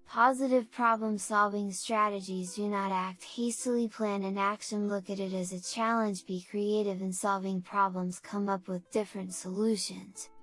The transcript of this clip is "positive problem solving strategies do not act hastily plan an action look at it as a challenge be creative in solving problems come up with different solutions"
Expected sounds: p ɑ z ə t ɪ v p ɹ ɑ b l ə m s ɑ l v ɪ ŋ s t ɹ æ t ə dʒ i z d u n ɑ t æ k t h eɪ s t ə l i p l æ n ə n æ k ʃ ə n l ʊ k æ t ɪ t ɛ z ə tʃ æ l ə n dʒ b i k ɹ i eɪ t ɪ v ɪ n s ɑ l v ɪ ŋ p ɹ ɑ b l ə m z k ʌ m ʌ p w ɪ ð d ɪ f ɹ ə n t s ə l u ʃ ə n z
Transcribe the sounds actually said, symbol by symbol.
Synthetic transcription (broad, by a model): p ɑ z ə t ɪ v p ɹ ɑ b l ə m s ɑ l v ɪ ŋ s t ɹ æ t ə dʒ i z d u n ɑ t æ k t h eɪ s t l i p l æ n ə n æ k ʃ ə n l ʊ k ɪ t ɪ t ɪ z ə tʃ æ l ə n dʒ b i k ɹ i eɪ t ɪ v ɪ n s ɑ l v ɪ ŋ p ɹ ɑ b l ə m z k ʌ m ʌ p w ɪ ð d ɪ f ɹ ə n t s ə l u ʃ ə n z